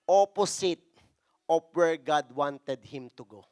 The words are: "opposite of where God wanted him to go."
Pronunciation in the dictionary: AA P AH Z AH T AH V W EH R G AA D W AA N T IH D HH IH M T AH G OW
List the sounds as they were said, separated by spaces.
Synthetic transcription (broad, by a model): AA P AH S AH T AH P W EH R G AA D W AA N T IH D HH IH M T AH G OW